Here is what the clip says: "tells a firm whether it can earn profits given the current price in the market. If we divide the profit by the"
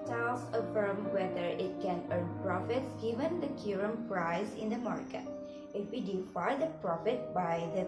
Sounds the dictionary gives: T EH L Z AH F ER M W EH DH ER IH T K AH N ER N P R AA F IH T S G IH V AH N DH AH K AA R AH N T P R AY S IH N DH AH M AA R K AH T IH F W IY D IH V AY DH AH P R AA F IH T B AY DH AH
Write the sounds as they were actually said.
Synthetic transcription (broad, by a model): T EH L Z AH F ER M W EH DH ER IH T K AH N ER N P R AA F IH T S G IH V AH N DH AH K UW R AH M P R AY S IH N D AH M AA R K AH T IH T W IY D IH F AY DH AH P R AA F IH T B AY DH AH